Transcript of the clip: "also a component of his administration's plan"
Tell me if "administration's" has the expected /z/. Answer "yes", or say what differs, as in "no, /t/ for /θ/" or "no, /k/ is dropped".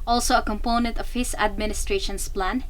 no, /s/ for /z/